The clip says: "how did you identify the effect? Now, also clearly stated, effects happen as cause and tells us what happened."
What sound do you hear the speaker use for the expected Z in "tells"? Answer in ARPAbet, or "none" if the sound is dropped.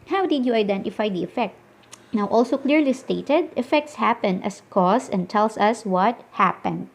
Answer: S